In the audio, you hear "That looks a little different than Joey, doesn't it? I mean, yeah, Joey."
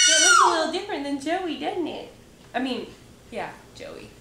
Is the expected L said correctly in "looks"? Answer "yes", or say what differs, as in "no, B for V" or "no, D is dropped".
no, W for L